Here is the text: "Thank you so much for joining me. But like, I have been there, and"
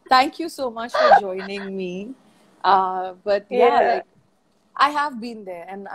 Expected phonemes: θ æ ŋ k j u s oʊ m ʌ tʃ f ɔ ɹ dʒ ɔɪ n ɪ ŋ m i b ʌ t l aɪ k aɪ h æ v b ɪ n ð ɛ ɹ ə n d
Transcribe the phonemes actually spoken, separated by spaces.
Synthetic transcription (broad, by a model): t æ ŋ k j u s oʊ m ʌ tʃ f ɔ ɹ dʒ ɔɪ n ɪ ŋ m i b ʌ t l aɪ k aɪ h æ v b ɪ n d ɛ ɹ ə n